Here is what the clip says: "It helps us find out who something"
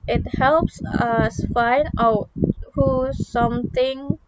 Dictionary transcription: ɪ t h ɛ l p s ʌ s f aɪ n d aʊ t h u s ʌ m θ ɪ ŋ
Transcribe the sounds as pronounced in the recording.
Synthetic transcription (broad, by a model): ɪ t h ɛ l p s ʌ s f aɪ n d aʊ t h u s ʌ m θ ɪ ŋ